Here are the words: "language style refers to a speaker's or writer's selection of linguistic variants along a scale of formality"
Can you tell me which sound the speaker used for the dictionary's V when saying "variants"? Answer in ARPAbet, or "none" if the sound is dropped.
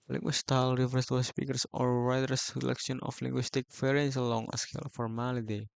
F